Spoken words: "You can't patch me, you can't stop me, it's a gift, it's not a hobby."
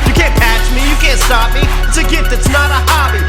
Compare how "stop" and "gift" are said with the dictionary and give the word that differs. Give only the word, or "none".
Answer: gift